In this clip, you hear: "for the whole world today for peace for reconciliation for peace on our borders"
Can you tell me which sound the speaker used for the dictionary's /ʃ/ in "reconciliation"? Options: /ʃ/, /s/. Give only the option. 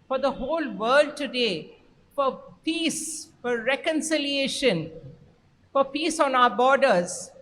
/ʃ/